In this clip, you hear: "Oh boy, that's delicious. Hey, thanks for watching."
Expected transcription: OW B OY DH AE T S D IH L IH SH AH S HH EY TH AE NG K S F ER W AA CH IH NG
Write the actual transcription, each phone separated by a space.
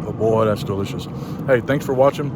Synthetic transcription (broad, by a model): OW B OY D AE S D IH L IH SH AH S HH EY TH AE NG K S F ER W AA CH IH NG